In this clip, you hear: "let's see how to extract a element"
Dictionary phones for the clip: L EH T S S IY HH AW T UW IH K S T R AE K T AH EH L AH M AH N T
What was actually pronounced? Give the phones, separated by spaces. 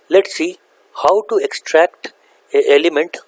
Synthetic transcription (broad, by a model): L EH T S S IY HH AW T UW IH K S T R AE K T AH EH L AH M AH N T